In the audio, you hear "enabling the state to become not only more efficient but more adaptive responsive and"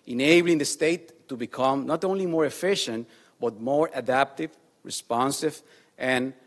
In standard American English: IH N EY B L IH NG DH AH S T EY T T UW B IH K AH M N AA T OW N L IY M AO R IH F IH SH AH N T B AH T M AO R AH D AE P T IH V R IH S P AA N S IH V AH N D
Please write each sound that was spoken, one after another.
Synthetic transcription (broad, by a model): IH N EY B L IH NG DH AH S T EY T T UW B IH K AH M N AA T OW N L IY M AO R IH F IH SH AH N T B AH T M AO R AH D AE P T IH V R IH S P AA N S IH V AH N